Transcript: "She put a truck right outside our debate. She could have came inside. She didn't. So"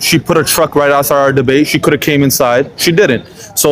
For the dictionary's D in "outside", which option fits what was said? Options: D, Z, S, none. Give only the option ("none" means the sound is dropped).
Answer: none